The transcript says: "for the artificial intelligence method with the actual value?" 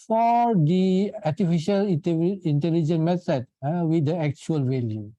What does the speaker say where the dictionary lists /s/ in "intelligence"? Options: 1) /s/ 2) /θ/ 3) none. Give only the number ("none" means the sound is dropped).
3